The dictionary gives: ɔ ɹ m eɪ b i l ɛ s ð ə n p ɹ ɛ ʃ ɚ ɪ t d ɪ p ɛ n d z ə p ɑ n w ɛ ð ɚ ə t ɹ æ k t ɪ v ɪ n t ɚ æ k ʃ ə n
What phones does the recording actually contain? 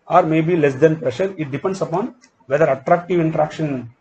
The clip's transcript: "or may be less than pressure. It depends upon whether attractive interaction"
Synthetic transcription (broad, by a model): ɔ ɹ m eɪ b i l ɛ s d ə n p ɹ ɛ ʃ ɚ ɪ t d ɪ p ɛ n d s ə p ɑ n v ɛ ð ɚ ə t ɹ æ k t ɪ v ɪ n t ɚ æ k ʃ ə n